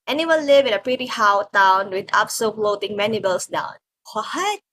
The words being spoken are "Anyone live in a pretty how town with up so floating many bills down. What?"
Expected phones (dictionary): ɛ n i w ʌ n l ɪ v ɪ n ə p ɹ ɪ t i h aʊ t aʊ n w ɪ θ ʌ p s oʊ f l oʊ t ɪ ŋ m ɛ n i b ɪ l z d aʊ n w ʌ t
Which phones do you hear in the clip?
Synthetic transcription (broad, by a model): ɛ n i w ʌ n l ɪ v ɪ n ə p ɹ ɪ t i h aʊ t aʊ n w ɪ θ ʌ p s oʊ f l oʊ t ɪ ŋ m ɛ n i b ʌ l s d aʊ n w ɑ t